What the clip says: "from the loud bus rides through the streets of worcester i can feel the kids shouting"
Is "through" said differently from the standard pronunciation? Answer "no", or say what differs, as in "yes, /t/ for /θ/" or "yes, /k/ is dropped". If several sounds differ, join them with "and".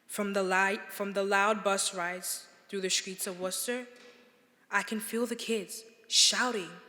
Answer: no